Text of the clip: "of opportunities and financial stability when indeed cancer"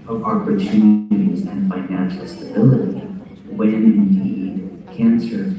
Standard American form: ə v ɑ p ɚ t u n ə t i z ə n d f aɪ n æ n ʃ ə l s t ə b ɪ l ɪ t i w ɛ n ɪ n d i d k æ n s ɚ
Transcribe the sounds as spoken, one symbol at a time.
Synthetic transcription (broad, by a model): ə v ɑ p ɚ t u n ə t i z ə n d f aɪ n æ n ʃ l s t ə b ɪ l ɪ t i w ɛ n ɪ n d i d k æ n s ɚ